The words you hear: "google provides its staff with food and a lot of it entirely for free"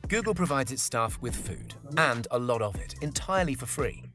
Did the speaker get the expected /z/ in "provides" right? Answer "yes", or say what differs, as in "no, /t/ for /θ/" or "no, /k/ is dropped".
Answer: yes